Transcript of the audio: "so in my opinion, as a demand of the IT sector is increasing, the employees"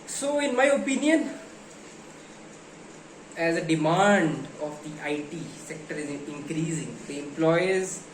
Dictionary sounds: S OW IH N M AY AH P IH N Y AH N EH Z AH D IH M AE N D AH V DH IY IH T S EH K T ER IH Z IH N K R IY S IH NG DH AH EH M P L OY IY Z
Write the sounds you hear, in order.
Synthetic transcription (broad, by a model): S OW IH N M AY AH P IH N Y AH N EH Z AH D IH M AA N D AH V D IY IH T S EH K T ER IH Z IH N K R IY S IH NG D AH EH M P L OY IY Z